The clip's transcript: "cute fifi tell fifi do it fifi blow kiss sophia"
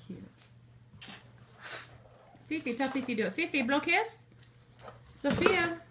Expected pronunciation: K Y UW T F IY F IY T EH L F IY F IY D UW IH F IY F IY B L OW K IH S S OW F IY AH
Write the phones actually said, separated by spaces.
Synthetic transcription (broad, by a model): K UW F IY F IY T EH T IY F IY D IH F IY F IY B L OW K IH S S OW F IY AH